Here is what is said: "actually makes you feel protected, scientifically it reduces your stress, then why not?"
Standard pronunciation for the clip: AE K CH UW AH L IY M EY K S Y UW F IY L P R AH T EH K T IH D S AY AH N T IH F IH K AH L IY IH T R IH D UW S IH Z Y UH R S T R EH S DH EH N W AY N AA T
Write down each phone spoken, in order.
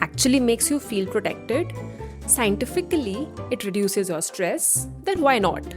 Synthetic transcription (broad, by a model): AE K CH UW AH L IY M EY K S Y UW F IY L P R AH T EH K T IH D S AY AH N T IH F IH K AH L IY IH T R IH D UW S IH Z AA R S T R EH S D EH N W AY N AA T